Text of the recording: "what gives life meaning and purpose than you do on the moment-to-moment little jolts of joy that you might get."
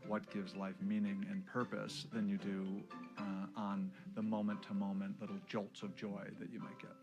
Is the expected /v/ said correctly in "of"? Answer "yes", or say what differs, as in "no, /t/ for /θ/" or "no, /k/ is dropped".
yes